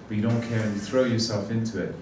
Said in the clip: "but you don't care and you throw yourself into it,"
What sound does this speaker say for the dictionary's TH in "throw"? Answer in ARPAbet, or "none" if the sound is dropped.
TH